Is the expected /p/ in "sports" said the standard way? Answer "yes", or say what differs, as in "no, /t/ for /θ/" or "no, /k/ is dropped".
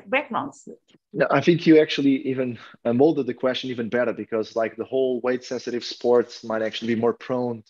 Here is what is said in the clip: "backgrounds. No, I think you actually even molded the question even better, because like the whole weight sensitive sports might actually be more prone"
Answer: yes